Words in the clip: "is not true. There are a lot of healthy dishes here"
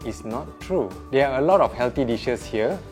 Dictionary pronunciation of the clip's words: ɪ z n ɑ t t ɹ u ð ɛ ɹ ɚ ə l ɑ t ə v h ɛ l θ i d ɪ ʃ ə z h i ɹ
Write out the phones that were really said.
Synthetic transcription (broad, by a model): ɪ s n ɑ t t ɹ u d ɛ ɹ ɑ ə l ɑ t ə f h ɛ l t i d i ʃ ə s h i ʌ